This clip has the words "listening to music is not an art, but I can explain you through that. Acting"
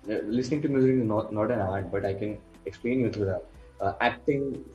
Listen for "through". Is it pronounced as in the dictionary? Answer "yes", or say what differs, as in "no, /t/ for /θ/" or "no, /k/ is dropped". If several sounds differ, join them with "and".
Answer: no, /t/ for /θ/